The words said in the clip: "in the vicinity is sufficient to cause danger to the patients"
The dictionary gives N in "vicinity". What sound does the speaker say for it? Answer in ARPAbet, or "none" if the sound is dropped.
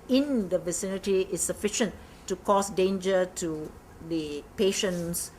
N